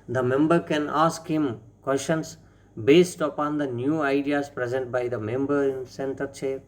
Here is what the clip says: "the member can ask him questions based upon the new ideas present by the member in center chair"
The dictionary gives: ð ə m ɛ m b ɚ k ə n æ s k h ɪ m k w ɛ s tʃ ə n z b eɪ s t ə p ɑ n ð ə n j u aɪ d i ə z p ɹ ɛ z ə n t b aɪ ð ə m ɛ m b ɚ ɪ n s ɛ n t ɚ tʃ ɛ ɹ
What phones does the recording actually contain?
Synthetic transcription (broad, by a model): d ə m ɛ m b ɚ k ə n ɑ s k h ɪ m k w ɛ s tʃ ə n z b eɪ s t ə p ɑ n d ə n j u aɪ d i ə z p ɹ ɛ z ə n t b aɪ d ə m ɛ m b ɚ ɪ n s ɛ n t ɚ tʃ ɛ